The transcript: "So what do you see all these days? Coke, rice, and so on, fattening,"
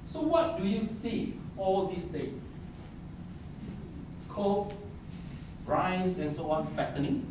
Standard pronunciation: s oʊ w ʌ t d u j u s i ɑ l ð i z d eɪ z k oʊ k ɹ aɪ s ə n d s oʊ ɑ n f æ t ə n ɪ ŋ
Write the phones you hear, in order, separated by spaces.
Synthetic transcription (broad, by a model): s oʊ w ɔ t d u j u s i ɑ l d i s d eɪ k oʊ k ɹ aɪ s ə n s oʊ ɑ n f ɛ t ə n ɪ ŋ